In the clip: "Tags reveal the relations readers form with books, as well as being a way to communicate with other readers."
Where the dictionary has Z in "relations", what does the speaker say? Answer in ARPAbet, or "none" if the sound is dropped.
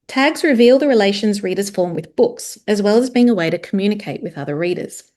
Z